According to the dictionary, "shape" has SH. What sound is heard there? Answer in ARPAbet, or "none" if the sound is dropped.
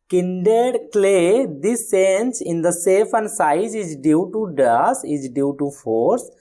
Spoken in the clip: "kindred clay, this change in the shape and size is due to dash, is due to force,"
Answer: S